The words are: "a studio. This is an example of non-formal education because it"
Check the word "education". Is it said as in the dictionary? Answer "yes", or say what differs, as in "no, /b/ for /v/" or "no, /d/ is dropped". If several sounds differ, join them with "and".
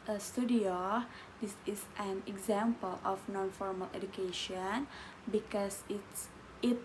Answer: yes